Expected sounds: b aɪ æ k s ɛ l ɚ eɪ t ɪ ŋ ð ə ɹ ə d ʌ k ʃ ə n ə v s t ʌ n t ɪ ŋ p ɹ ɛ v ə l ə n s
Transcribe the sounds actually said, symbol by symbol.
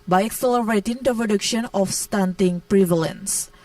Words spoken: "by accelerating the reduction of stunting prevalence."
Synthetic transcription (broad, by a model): b aɪ æ k s ɛ l ɚ eɪ t ɪ ŋ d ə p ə d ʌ k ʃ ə n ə f s t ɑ n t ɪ ŋ p ɹ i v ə l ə n s